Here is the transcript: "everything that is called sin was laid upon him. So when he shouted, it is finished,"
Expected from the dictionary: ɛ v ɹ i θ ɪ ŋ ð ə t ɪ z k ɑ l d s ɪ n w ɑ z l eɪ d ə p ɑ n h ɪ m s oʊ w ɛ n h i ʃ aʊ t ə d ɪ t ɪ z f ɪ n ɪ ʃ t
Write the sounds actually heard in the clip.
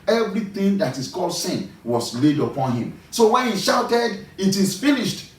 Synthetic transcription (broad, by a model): ɛ v ɹ i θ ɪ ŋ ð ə t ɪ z k ɑ l d s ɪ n w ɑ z l eɪ d ə p ɑ n h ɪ m s oʊ w ɛ n h i ʃ aʊ t ə d ɪ t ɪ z f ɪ n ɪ ʃ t